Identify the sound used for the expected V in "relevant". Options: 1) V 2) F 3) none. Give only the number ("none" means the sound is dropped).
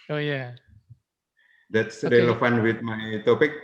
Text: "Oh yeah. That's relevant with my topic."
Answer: 2